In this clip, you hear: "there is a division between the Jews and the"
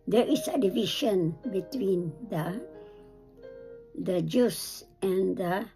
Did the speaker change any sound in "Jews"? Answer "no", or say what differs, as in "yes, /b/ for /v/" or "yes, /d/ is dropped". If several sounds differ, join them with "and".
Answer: yes, /s/ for /z/